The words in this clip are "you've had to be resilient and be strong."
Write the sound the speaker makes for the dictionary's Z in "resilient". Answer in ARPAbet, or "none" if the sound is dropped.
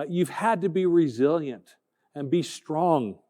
Z